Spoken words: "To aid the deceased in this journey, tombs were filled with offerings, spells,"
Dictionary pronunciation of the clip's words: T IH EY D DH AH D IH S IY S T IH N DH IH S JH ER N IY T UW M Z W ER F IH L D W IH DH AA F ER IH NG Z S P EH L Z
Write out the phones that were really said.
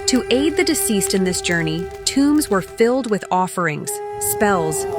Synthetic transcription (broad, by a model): T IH EY D DH AH D IH S IY S T IH N DH IH S JH ER N IY T UW M Z W ER F IH L D W IH DH AA F ER IH NG Z S P EH L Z